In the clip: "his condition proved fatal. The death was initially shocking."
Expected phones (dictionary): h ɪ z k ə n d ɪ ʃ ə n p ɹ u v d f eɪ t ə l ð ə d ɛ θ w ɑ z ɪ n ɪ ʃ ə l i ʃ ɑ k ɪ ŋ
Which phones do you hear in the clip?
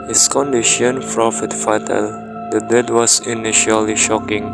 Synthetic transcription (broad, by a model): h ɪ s k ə n d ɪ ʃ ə n f ɹ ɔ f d f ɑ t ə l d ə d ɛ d w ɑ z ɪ n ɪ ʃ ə l i ʃ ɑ k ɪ ŋ